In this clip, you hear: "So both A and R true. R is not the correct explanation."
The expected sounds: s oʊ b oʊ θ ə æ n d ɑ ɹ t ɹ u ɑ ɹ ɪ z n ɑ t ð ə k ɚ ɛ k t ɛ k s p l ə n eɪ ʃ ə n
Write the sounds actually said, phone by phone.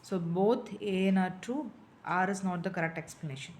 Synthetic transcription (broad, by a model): s oʊ b oʊ t ə n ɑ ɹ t u ɑ ɹ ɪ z n ɑ t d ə k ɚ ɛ k t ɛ k s p l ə n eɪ ʃ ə n